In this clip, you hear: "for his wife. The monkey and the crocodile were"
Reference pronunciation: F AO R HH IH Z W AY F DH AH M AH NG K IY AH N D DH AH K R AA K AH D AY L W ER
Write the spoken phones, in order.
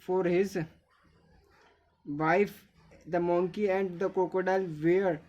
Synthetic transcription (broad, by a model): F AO R HH IH Z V AY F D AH M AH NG K IY AH N D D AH K AO K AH D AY L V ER